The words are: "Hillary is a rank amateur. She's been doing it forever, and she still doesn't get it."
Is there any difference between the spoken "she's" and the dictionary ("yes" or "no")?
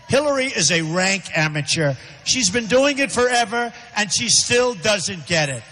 no